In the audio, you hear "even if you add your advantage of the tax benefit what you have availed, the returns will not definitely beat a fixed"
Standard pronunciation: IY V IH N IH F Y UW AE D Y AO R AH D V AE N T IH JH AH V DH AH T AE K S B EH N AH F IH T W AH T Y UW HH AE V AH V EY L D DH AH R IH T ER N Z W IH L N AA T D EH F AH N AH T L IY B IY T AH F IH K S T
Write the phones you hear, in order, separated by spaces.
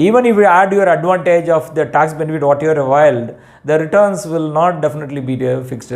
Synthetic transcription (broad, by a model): IY V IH N IH F Y UW AE D Y AO R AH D V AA N T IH JH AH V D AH T AE K S B EH N AH F IH T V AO T Y UW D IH V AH IH L D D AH R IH T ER N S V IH L N AA T D EH F AH N AH T L IY B IY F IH K S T